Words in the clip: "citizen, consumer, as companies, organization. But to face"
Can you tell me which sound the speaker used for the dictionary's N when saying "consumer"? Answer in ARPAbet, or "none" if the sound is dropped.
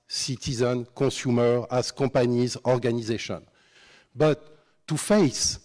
none